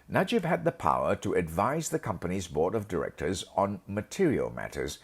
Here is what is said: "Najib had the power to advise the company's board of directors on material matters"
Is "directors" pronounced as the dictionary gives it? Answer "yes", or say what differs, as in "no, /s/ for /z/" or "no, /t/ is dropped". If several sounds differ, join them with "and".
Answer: yes